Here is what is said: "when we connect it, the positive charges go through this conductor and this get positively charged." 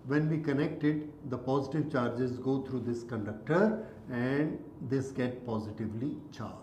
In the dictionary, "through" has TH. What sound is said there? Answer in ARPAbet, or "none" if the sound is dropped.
T